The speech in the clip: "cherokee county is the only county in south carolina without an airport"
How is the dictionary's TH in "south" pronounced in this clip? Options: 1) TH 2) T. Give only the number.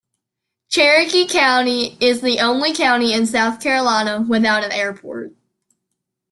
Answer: 1